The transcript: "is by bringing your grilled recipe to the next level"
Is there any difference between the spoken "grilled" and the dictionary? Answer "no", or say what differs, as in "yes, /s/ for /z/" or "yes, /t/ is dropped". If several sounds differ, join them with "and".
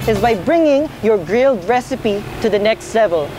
no